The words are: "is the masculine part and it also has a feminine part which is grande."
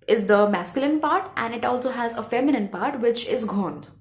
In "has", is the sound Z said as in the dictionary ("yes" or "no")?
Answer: yes